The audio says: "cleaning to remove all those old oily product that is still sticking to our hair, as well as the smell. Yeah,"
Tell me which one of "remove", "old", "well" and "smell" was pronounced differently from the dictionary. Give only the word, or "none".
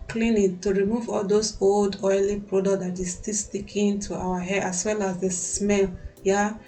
none